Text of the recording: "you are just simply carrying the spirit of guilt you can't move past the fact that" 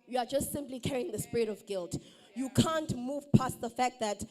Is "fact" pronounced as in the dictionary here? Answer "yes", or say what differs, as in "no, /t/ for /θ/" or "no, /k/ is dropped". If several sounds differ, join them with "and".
yes